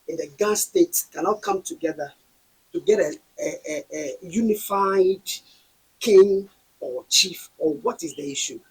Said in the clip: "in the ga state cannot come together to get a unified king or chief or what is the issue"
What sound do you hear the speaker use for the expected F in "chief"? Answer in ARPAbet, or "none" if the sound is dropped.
F